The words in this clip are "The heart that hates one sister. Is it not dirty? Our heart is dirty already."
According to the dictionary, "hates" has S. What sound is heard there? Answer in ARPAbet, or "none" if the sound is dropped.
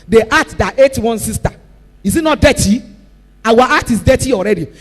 none